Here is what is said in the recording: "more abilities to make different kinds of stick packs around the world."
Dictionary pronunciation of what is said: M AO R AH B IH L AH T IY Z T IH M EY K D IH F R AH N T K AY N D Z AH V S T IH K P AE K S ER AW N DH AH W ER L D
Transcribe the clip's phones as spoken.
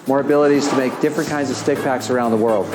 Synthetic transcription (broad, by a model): M AO R AH B IH L AH T IY Z T IH M EY K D IH F R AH N K AY N D Z AH V S T IH K P AE K S ER AW N DH AH W ER L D